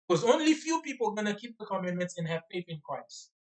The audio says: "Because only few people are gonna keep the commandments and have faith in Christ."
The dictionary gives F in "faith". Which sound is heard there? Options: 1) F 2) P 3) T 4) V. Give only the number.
2